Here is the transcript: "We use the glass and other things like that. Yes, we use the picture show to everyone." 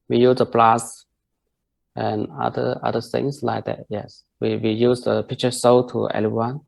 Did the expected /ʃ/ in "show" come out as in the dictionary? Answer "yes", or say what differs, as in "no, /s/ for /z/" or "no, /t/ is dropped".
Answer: no, /s/ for /ʃ/